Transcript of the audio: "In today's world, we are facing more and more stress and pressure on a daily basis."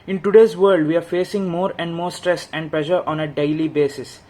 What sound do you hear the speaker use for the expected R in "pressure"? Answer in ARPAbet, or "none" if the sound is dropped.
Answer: L